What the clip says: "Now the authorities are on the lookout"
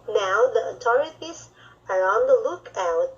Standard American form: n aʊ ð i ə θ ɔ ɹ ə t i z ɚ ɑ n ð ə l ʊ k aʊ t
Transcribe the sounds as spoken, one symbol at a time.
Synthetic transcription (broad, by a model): n aʊ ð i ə t ɔ ɹ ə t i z ɚ ɑ n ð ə l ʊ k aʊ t